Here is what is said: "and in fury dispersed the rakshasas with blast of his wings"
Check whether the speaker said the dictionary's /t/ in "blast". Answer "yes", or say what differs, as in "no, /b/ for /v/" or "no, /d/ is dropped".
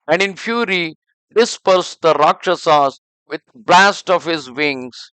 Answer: yes